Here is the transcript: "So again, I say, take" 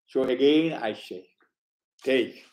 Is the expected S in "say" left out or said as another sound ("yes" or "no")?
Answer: yes